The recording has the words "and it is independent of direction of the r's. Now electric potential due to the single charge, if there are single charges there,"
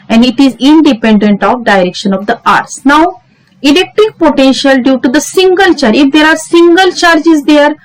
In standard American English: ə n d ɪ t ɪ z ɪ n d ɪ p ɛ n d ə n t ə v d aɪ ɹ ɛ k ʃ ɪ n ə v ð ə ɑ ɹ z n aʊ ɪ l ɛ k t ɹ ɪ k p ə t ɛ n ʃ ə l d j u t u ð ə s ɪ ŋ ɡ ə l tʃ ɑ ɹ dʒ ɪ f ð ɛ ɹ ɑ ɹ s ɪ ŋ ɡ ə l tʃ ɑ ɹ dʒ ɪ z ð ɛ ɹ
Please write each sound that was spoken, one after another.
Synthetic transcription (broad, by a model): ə n d ɪ t ɪ z ɪ n d ɪ p ɛ n d ə n t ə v d aɪ ɹ ɛ k ʃ ɪ n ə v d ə ɑ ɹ s n aʊ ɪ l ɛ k t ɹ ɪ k p ə t ɛ n ʃ ə l d j u t u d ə s ɪ ŋ ɡ ə l tʃ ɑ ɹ ɪ f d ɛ ɹ ɑ ɹ s ɪ ŋ ɡ ə l tʃ ɑ ɹ dʒ ɪ z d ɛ ɹ